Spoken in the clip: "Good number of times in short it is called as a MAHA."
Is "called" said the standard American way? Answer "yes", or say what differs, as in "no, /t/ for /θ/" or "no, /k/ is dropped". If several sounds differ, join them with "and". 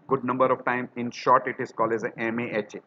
no, /d/ is dropped